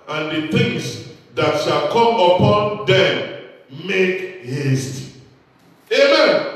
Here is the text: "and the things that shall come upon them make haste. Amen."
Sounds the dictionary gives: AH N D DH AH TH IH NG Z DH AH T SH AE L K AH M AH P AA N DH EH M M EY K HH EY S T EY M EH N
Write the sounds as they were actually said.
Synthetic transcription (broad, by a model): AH N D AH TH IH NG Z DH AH T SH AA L K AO M AH P AA N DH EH M M EY K HH EY S T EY M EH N